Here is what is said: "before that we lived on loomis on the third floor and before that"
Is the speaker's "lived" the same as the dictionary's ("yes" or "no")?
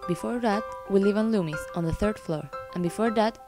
no